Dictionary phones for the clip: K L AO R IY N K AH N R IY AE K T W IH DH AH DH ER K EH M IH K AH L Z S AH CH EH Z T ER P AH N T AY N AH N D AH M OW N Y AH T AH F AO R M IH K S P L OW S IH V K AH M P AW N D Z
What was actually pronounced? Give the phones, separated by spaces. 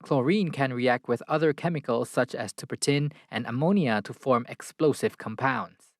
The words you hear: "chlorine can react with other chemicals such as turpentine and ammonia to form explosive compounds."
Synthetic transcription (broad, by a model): K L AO R IY N K AH N R IY AE K T W IH DH AH DH ER K EH M IH K AH L Z S AH CH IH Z T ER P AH T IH N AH N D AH M OW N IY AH T AH F AO R M IH K S P L OW S IH V K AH M P AW N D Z